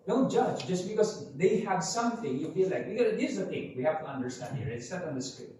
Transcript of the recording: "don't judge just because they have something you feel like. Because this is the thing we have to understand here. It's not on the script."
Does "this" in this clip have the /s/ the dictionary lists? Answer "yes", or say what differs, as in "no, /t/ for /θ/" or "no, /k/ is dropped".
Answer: no, /s/ is dropped